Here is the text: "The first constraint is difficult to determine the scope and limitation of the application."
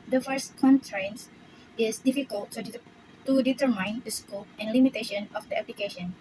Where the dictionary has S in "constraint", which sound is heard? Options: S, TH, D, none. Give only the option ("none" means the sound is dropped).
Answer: none